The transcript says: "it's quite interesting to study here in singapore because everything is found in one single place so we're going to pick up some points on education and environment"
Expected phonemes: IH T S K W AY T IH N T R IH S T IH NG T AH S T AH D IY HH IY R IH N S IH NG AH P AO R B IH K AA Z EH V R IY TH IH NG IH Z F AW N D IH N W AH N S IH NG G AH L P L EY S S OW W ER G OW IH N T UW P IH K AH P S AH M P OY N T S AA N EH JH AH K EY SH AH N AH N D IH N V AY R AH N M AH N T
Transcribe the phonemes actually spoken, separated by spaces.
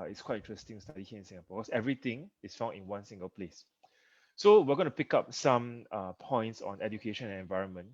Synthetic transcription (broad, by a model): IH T S K W AY T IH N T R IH S T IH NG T S T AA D IY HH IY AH IH N S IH NG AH P AO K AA S EH V R IY T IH NG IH S F AW N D IH N W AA N S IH NG G AH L P L EY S S OW W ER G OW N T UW P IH K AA P S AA M P OY N T S AA N EH JH AH K EY SH AH N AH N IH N V AY R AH N M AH N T